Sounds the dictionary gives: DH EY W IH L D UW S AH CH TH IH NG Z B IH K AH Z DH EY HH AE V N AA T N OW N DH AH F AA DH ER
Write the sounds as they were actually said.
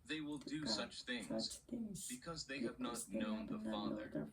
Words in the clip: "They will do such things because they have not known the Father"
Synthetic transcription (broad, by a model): DH EY W IH L D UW S AH CH TH IH NG Z B IH K AH Z DH EY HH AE V N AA T N OW N DH AH F AA DH ER